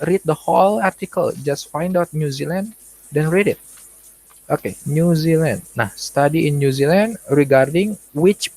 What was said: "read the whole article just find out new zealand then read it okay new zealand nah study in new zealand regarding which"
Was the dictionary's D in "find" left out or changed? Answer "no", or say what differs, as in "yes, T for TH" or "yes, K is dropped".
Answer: no